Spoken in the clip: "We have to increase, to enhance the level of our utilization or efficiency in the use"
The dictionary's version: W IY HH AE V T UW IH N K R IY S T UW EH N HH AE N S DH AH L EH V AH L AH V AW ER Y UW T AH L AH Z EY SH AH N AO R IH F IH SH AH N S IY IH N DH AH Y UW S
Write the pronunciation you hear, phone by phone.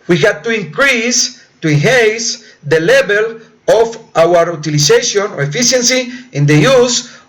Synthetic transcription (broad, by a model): W IY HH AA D T UW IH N K R IY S T UW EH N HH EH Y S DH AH L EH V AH L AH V AW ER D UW T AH L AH S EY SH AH N AO R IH F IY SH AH N S IY IH N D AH Y UW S